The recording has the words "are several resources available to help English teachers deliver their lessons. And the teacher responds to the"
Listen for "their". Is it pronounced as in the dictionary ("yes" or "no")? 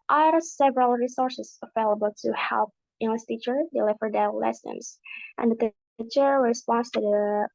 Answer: no